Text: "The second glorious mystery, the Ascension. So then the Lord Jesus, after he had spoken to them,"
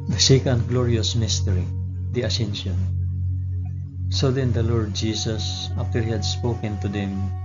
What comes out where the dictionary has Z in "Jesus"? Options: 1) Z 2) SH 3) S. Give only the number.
3